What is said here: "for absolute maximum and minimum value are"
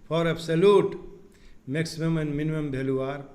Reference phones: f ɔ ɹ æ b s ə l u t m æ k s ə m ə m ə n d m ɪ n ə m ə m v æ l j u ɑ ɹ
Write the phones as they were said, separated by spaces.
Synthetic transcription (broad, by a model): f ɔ ɹ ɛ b s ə l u t m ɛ k s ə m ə m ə n m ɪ n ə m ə m b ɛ l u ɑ ɹ